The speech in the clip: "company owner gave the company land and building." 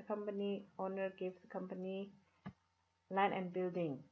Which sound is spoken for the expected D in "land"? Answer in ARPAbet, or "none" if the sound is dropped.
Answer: none